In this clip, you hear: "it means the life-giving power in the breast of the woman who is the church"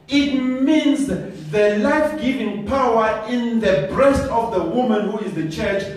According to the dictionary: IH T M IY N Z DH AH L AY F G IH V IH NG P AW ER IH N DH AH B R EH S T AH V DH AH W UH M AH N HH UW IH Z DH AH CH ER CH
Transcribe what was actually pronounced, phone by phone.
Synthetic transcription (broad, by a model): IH T M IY N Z DH AH L AY F G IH V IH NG P AW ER IH N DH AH B R EH S T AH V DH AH W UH M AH N HH UW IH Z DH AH CH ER CH